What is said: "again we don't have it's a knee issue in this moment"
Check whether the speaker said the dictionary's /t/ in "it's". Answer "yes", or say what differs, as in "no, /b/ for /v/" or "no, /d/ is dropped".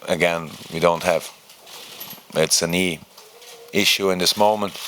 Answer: yes